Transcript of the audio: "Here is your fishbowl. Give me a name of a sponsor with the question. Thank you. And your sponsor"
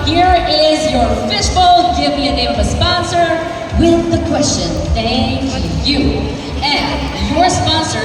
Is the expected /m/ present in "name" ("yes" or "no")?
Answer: no